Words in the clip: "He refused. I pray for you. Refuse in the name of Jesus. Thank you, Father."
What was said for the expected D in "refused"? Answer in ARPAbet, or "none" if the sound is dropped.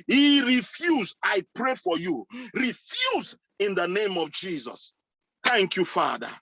none